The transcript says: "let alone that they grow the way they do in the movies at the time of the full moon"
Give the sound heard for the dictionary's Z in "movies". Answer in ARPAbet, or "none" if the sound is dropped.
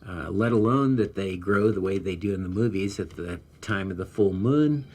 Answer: Z